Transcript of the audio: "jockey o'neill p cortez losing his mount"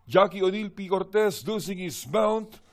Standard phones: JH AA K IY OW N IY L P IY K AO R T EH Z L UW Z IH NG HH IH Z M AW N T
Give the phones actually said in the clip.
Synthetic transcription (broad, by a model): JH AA K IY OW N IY L P IY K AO R T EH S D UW S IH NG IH S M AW N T